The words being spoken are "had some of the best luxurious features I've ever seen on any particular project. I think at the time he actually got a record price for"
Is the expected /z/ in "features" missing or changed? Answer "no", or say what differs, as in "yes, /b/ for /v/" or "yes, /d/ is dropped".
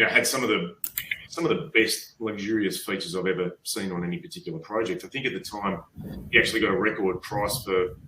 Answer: no